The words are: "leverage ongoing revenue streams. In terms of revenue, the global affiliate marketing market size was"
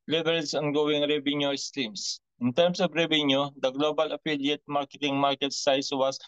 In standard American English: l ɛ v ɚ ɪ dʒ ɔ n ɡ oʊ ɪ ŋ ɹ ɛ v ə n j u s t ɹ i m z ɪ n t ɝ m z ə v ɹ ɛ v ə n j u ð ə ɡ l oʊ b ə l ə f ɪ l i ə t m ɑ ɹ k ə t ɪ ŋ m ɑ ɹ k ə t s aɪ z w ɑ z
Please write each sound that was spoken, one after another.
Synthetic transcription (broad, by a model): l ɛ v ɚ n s ɔ n ɡ oʊ ɪ ŋ ɹ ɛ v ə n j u s t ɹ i m s ɪ n t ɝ m s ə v ɹ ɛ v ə n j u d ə ɡ l oʊ b ə l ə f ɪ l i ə t m ɑ ɹ k ə t ɪ ŋ m ɑ ɹ k ə t s aɪ s w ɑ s